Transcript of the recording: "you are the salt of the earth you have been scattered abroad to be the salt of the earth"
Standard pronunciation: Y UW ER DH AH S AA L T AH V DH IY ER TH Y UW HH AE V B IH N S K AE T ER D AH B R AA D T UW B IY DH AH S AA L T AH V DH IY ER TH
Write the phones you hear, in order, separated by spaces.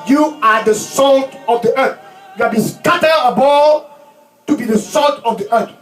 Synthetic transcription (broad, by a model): Y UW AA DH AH S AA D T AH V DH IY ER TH Y UW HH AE B IH N S K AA T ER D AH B AA T UW B IY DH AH S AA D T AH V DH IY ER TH